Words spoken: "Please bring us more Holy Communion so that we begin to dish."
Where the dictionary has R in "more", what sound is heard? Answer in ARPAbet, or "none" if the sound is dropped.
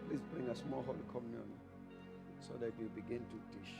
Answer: L